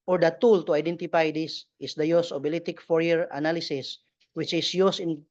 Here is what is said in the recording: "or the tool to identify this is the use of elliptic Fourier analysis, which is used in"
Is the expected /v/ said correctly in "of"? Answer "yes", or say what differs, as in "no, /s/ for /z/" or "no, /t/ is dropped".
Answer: no, /b/ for /v/